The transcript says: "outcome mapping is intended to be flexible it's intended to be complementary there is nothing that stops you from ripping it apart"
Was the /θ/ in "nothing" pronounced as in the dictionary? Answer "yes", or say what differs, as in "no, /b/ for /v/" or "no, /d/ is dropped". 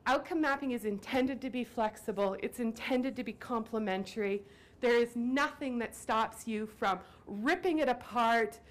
yes